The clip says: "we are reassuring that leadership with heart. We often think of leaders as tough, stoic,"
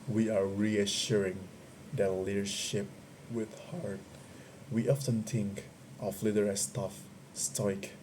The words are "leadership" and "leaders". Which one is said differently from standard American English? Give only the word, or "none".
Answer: leaders